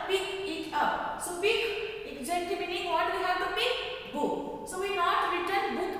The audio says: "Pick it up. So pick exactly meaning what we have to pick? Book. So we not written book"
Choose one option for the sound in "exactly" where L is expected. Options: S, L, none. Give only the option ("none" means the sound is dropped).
none